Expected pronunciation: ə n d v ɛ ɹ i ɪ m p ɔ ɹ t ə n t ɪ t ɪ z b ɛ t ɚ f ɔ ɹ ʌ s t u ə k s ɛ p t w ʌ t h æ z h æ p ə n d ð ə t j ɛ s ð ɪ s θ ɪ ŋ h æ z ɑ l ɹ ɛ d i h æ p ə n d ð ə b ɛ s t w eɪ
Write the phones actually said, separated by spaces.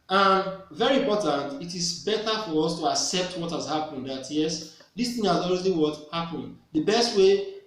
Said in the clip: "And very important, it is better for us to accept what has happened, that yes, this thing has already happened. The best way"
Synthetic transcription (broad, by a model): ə n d v ɛ ɹ i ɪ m p ɔ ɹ t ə n t ɪ t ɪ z b ɛ t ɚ f ɔ ɹ ʌ s t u ə k s ɛ p t w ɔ t h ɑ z h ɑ p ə n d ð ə t j ɛ s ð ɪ s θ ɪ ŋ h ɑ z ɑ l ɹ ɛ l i h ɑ p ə n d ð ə b ɛ s t w eɪ